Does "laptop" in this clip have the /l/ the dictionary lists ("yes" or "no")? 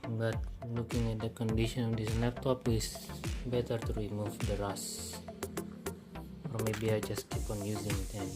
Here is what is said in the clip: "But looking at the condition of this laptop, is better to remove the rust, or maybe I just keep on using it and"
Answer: no